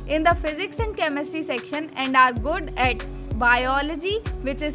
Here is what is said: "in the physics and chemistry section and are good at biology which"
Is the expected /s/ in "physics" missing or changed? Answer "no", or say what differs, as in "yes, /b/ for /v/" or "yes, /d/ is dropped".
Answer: no